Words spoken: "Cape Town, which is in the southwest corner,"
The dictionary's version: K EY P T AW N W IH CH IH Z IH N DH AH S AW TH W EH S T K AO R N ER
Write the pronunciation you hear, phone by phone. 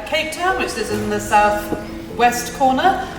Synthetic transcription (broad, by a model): K EY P T AW N W IH CH IH Z IH N DH AH S AW TH W EH S T K AO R N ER